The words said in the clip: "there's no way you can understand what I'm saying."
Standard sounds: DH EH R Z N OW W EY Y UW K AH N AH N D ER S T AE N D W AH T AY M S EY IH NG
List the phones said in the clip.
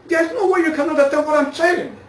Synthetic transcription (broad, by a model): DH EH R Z N OW W EY Y UW K AH N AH D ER T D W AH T AY M S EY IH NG